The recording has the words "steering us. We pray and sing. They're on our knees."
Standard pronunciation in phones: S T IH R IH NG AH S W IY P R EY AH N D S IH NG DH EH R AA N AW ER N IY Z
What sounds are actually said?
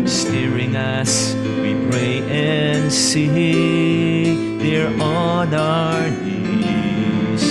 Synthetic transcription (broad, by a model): S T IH R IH NG AH S W IY P R EY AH N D S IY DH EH R AA N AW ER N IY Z